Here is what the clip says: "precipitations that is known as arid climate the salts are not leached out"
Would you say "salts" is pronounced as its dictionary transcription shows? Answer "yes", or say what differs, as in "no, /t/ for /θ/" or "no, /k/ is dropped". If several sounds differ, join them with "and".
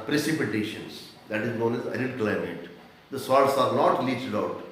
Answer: no, /l/ is dropped